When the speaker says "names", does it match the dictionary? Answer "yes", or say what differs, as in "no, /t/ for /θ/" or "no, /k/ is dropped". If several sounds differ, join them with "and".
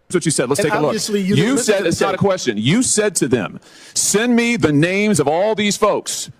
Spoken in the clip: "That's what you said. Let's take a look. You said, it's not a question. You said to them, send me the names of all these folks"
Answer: yes